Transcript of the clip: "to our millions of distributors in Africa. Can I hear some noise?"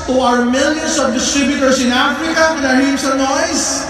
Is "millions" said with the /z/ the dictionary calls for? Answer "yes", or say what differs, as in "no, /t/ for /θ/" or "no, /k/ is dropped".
no, /s/ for /z/